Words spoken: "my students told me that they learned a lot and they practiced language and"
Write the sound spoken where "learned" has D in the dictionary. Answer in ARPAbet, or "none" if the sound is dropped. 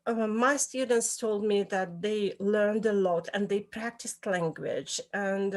D